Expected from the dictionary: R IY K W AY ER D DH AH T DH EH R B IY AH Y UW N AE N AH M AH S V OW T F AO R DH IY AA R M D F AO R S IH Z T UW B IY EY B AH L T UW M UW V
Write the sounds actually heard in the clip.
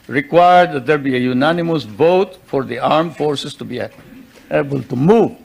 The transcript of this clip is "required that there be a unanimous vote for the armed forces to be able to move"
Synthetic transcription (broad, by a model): R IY K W AY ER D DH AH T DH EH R B IY AH Y UW N AE N AH M AH S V OW T F AO R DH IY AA R M F AO R S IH S T UW B IY EY B AH L T UW M UW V